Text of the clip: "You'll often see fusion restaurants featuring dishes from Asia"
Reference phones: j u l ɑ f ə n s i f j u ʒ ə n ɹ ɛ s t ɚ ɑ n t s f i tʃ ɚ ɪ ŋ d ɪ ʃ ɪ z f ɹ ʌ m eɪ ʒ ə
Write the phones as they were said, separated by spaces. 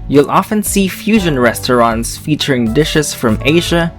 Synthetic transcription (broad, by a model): j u l ɑ f ə n s i f j u ʒ ə n ɹ ɛ s t ɚ ɑ n t s f i tʃ ɚ ɪ ŋ d ɪ ʃ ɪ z f ɹ ʌ m eɪ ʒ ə